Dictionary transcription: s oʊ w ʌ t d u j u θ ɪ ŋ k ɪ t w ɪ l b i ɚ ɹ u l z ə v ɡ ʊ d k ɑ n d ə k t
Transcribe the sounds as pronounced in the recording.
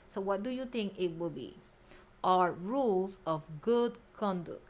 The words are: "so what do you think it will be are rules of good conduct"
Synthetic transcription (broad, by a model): s oʊ w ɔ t d u j u t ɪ ŋ k ɪ t w ɪ l b i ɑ ɹ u l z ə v ɡ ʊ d k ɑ n d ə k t